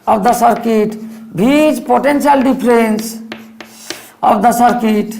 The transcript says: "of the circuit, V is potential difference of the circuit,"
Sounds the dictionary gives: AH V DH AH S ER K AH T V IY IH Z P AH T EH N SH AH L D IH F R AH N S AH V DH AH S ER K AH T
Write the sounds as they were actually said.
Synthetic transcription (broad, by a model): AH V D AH S ER K AH T B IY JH P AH T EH N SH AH L D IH P R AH N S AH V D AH S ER K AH T